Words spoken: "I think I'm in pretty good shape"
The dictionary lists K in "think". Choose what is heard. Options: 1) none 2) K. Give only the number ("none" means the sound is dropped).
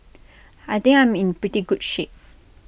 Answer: 1